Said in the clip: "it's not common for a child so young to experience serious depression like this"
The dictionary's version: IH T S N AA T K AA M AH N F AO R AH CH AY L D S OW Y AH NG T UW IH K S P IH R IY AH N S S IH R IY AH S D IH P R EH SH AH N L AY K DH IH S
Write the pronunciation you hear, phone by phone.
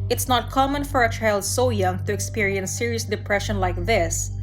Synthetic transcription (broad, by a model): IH T S N AA T K AA M AH N F AO R AH CH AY L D S OW Y AH NG T UW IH K S P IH R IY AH N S S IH R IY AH S D IH P R EH SH AH N L AY K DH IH S